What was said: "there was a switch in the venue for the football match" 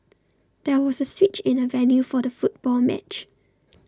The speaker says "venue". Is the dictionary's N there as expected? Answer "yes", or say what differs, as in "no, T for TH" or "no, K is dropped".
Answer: no, L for N